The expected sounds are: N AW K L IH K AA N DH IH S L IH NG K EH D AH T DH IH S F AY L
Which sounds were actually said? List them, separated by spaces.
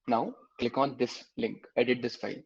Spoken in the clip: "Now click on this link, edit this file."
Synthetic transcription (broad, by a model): N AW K IH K AA N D IH S L IH NG K EH D AH T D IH S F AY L